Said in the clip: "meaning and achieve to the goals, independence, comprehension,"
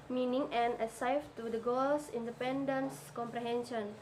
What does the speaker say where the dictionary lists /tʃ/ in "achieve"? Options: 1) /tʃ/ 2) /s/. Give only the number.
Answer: 2